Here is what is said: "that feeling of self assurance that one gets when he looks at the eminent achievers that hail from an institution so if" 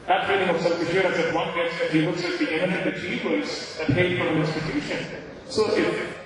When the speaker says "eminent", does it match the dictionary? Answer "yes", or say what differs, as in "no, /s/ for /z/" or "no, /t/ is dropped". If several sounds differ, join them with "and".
no, /t/ is dropped